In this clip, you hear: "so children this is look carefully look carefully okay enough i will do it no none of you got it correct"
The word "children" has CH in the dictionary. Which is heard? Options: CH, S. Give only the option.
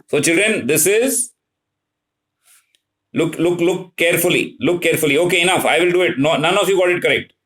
CH